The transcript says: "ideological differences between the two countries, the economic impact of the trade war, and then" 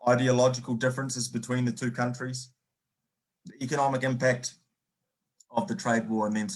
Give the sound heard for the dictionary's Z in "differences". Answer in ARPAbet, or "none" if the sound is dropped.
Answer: Z